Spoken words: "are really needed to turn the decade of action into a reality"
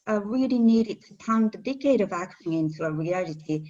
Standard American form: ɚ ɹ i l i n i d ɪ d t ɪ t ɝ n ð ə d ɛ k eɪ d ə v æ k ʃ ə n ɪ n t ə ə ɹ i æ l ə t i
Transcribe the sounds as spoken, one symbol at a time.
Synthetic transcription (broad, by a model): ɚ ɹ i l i n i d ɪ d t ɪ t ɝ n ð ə d ɛ k eɪ d ə v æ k ə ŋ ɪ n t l ə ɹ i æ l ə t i